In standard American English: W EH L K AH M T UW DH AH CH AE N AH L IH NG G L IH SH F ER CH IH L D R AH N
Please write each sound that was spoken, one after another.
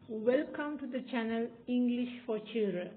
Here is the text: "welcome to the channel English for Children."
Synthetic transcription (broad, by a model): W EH L K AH M T UW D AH CH AE N AH L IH NG G L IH SH F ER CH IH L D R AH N